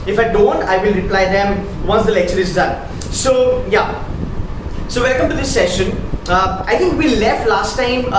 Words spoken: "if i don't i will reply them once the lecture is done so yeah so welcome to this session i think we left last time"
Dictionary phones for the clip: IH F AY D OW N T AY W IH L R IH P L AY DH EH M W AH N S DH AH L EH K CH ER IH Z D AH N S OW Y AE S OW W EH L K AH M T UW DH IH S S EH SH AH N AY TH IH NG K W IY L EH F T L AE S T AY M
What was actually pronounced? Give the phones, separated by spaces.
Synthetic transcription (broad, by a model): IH F AY D OW N T AY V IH L R IH P L AY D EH M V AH N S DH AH L EH K CH ER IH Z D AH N S OW Y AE S OW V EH N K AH M T UW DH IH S S EH SH AH N AY T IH NG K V IY L EH F T L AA S T AY M